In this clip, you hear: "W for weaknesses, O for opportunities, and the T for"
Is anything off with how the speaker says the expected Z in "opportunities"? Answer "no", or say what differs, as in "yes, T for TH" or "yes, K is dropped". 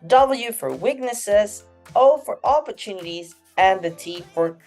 no